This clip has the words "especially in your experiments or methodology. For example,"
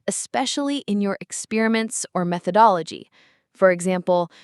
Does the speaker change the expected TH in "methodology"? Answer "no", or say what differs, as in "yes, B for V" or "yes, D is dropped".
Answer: no